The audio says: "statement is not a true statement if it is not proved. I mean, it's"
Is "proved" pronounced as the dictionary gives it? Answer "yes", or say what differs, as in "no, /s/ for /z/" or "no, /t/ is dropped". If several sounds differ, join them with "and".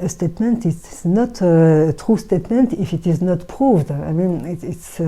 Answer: yes